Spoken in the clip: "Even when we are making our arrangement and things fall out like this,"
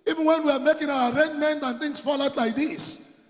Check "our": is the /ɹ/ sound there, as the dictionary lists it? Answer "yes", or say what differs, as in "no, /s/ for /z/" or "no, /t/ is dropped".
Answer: no, /w/ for /ɹ/